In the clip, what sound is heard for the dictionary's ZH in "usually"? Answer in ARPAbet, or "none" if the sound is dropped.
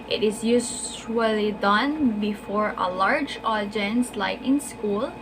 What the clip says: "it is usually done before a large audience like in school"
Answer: S